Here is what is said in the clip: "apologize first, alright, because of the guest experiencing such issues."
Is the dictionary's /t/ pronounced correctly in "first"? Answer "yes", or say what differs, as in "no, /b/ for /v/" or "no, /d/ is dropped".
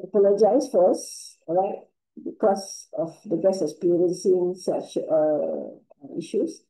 no, /t/ is dropped